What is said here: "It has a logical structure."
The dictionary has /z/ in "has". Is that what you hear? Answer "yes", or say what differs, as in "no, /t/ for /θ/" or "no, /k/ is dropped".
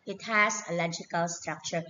no, /s/ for /z/